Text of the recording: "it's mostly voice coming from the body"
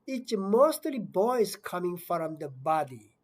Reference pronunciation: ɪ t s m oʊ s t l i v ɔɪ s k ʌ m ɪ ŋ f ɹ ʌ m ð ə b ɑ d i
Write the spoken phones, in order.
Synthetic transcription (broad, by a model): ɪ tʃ m oʊ s t l i b ɔɪ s k ʌ m ɪ ŋ f ɹ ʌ m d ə b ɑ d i